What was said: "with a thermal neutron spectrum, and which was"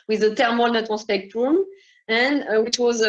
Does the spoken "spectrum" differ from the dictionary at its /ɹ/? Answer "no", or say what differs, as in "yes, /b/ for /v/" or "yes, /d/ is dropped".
no